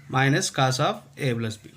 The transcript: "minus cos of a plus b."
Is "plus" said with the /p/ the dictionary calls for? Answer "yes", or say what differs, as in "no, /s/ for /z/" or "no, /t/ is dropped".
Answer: no, /b/ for /p/